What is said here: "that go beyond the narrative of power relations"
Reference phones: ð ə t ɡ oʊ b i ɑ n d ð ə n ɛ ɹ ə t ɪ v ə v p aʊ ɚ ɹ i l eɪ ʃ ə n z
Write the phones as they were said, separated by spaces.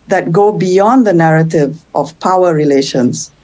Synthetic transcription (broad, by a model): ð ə t ɡ oʊ b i ɑ n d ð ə n ɛ ɹ ə t ɪ v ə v p aʊ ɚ ɹ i l eɪ ʃ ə n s